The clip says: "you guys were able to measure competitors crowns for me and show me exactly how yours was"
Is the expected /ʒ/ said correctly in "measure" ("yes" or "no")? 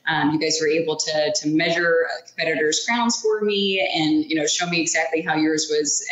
yes